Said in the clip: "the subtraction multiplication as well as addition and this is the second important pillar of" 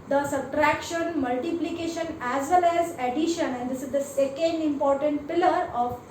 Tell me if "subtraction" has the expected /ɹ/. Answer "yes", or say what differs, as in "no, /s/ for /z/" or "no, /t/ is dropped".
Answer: yes